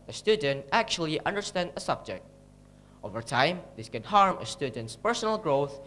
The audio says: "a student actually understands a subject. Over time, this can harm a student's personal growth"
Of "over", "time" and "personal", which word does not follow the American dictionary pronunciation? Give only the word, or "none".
none